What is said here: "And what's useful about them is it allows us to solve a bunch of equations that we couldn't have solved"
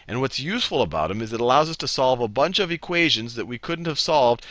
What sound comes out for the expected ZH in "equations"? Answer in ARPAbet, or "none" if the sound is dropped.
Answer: ZH